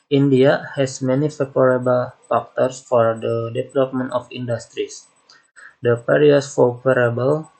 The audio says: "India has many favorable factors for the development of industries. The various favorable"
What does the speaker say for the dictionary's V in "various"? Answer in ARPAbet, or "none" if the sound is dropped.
P